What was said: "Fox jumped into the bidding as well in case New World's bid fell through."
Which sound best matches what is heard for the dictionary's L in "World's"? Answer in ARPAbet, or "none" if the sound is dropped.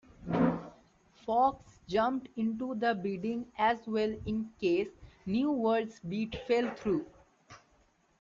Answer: none